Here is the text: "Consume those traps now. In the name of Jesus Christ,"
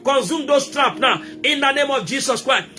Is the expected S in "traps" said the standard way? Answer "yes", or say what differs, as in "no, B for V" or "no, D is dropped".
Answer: no, S is dropped